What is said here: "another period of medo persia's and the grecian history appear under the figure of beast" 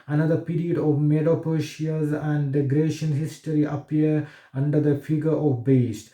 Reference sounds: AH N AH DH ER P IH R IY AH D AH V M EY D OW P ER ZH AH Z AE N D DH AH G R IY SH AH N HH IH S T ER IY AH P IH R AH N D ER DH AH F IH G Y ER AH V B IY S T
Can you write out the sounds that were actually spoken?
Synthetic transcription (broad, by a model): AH N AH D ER P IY R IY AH D AH V M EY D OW P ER SH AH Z AE N D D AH G R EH SH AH N HH IH S T ER IY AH P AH R AH N D ER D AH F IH G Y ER AH V B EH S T